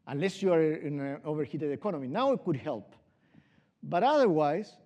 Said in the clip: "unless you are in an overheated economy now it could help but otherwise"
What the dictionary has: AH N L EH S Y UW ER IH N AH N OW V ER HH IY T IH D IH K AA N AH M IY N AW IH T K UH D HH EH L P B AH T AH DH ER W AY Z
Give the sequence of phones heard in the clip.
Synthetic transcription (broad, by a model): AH N L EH S Y UW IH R AH N OW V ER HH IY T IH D IH K AA N AH M IY N AW IH T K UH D HH EH L P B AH T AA DH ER W AY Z